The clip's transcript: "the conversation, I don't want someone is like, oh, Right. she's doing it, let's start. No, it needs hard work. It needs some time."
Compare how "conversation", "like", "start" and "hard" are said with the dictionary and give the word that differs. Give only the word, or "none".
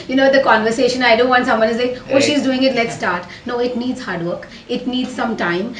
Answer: like